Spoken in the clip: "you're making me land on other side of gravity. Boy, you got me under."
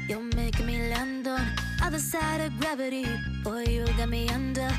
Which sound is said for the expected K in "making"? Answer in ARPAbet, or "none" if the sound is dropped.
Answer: none